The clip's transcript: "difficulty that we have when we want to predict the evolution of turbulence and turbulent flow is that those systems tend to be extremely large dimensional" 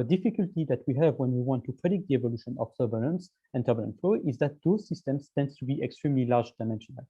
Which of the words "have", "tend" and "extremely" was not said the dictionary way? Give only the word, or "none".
none